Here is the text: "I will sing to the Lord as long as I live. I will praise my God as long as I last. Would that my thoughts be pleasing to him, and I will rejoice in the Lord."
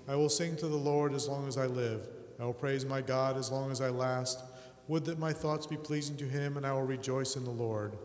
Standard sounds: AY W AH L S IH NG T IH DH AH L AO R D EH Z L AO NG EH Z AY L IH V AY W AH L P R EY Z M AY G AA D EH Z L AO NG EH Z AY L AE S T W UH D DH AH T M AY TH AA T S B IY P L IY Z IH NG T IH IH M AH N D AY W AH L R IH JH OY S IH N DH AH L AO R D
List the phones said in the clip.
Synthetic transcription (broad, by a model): AY W AH L S IH NG T IH DH AH L AO R D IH Z L AO NG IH Z AY L IH V AY W AH L P R EY Z M AY G AA D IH Z L AO NG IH Z AY L AE S T W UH D DH AH T M AY TH AA T S B IY P L IY Z IH NG T IH IH M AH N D AY W AH L R IH JH OY S IH N DH AH L AO R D